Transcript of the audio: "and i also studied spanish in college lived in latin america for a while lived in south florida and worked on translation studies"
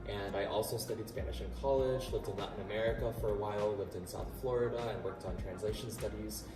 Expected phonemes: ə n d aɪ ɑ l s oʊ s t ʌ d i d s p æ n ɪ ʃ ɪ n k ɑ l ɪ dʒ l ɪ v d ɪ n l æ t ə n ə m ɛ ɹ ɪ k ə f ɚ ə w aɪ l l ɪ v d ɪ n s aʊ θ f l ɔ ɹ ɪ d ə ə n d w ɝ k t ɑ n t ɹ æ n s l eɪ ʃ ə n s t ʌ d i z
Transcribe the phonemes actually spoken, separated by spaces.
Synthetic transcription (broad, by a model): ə n aɪ ɑ l s oʊ s t ʌ d i d s p æ n ɪ ʃ ɪ n k ɑ l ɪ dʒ l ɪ v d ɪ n n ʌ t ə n ə m ɛ ɹ ɪ k ə f ɚ ə w aɪ l l ɪ v d ɪ n s aʊ θ f l ɔ ɹ ɪ d ə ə n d w ɝ k t n t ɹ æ n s l eɪ ʃ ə n s t ʌ d i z